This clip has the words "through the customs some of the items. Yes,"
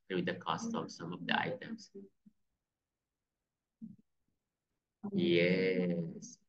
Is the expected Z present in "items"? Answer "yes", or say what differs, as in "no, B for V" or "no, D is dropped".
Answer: no, S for Z